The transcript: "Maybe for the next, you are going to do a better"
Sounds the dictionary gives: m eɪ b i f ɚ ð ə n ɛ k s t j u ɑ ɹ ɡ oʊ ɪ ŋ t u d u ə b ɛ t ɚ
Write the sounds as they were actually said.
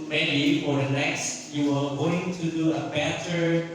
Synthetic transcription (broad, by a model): m eɪ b i f ɚ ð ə n ɛ k s t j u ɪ l ɡ oʊ ɪ ŋ t u d u ə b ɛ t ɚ